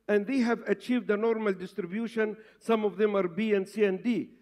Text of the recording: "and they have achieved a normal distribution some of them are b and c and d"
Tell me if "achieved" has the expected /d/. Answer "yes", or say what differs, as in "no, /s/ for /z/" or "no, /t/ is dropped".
yes